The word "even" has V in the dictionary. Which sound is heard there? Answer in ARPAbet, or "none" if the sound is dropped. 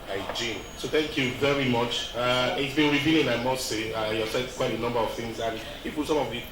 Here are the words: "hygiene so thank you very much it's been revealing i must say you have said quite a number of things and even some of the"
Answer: P